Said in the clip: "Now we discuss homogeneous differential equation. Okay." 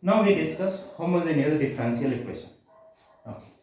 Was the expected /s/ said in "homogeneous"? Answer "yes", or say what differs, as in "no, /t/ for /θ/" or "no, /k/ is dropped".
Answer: no, /s/ is dropped